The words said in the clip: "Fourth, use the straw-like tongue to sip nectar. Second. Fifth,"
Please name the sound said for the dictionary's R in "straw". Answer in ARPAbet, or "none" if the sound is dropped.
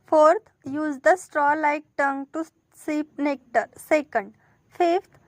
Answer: R